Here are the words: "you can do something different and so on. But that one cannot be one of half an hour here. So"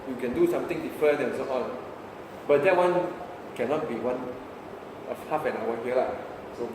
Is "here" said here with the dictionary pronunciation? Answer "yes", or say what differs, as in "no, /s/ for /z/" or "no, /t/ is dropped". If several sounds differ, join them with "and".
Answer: no, /l/ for /ɹ/